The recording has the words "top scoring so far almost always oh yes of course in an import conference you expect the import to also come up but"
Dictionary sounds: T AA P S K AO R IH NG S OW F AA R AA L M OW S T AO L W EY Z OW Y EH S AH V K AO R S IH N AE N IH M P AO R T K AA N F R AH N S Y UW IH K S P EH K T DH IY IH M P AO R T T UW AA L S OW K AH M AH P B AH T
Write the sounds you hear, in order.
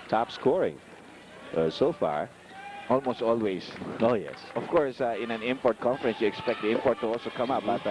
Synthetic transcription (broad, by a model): T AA P S K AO R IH NG S OW F AA R AA L M OW S T AO L W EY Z OW Y EH S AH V K AO R S IH N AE N IH M P AO R T K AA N F R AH N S Y UW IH K S P EH K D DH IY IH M P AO R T T UW AA L S OW K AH M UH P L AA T